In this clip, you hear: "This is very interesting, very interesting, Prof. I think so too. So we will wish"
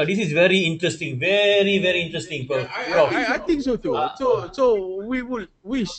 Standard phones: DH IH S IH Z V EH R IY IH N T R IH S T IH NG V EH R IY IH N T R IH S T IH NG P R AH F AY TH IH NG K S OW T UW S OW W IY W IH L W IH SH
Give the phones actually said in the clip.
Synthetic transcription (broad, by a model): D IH S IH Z V EH R IY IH N T R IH S T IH NG V EH R IY IH N T R IH S T IH NG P AH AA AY T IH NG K S OW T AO S OW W IY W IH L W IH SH